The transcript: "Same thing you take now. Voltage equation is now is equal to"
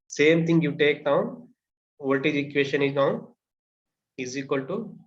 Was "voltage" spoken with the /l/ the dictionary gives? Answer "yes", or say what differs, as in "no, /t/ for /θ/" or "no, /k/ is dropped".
no, /l/ is dropped